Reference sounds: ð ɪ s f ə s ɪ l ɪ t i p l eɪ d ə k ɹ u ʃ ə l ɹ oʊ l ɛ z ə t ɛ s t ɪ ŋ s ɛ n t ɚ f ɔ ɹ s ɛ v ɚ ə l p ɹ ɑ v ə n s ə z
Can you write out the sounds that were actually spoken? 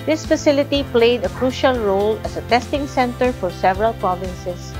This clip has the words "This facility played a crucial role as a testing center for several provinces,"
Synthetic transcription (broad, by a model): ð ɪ s f ə s ɪ l ɪ t i p l eɪ d ə k ɹ u ʃ ə l ɹ oʊ l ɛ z ə t ɛ s t ɪ ŋ s ɛ n t ɚ f ɔ ɹ s ɛ v ɚ ə l p ɹ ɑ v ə n s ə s